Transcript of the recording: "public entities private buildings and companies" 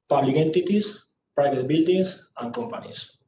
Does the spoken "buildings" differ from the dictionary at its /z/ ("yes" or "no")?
yes